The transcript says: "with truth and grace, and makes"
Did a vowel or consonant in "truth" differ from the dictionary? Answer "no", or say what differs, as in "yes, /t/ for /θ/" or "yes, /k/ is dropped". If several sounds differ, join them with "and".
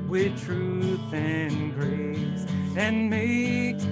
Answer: no